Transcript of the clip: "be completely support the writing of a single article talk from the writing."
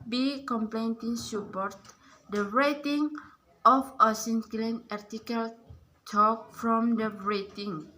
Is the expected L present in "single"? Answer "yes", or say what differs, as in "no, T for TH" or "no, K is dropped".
no, N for L